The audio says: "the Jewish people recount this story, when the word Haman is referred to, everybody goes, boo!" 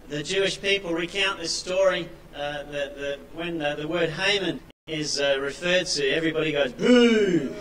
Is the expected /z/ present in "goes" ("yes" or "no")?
yes